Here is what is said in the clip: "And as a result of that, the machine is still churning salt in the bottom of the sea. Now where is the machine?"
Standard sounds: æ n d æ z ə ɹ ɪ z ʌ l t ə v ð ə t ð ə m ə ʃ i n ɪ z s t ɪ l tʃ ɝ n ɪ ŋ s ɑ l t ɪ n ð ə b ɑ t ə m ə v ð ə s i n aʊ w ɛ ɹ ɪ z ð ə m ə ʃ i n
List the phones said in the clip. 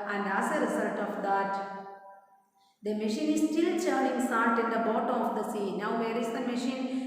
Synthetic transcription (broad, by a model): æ n d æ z ə ɹ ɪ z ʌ l t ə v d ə t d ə m ə ʃ i n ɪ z s t ɪ l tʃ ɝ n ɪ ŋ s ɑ n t ɪ n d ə b ɑ t ə m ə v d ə s i n aʊ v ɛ ɹ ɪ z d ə m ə ʃ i n